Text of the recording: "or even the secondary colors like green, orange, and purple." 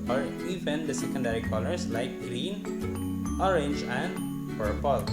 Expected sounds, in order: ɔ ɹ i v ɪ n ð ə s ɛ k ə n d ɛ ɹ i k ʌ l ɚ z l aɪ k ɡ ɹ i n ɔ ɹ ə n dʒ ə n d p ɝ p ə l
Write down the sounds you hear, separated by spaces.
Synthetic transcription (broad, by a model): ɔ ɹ i v ɪ n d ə s ɛ k ə n d ɛ ɹ i k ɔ l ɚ s l aɪ k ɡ ɹ i n ɔ ɹ ə n dʒ ə n d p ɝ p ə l